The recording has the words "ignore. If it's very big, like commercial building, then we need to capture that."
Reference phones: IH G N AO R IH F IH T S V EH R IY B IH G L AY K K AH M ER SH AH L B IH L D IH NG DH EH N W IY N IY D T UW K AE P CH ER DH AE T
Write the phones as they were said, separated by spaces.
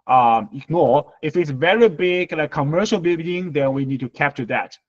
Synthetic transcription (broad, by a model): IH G N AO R IH F IH T S V EH R IY B IH G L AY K K AH M ER SH AH L B IH L D IH NG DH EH N W IY N IY D T UW K AE P CH ER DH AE T